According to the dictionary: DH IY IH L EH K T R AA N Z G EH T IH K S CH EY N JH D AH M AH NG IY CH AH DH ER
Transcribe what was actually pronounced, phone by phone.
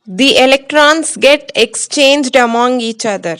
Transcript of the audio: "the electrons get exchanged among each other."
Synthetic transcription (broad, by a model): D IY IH L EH K T R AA N S G EH T IH K S CH EY N JH D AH M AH NG IY CH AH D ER